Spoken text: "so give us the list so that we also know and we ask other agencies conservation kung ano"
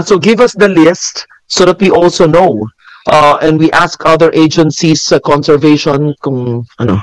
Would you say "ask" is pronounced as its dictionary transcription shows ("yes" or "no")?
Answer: yes